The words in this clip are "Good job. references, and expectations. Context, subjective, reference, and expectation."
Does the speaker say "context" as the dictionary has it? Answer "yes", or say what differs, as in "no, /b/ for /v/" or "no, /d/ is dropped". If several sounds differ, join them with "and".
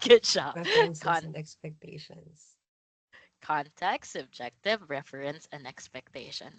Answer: no, /s/ is dropped